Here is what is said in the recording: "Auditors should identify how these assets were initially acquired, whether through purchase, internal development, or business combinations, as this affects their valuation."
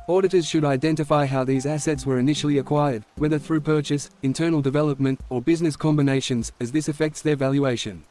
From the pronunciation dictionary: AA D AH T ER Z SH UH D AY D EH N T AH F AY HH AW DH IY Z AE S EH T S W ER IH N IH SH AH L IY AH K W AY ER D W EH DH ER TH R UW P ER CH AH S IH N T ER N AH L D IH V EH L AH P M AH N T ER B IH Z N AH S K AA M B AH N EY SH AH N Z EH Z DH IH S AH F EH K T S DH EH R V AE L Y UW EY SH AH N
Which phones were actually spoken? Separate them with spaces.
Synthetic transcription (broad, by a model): AA D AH T ER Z SH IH D AY D EH N T AH F AY HH AW DH IY Z AE S EH T S W ER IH N IH SH L IY AH K W AY ER D W EH DH ER TH R UW P ER CH AH S IH N T ER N L D IH V EH L AH P M AH N T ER B IH Z N AH S K AA M B AH N EY SH AH N Z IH Z DH IH S AH F EH K T S DH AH R V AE L Y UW EY SH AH N